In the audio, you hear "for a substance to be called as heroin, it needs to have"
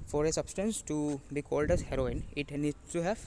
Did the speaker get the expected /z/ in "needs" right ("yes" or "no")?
no